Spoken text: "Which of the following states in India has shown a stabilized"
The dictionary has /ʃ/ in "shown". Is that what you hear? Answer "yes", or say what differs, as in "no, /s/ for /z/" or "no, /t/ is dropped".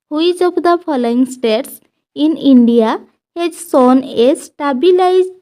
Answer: no, /s/ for /ʃ/